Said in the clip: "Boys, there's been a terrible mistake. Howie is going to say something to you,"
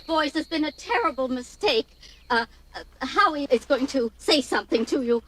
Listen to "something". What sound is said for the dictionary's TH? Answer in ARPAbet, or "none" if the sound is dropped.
TH